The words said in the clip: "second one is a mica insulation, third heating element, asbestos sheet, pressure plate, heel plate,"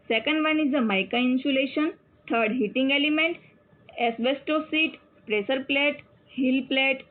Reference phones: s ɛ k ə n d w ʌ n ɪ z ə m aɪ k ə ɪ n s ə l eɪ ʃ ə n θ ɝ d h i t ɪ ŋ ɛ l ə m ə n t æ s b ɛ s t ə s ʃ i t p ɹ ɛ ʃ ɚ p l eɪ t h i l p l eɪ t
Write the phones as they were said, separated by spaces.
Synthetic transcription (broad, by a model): s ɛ k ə n d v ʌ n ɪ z ə m aɪ k ə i n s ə l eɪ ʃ ə n t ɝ d h i t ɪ ŋ ɛ l ə m ə n t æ s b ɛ s t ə s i t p ɹ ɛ s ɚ p l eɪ t h i l p l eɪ t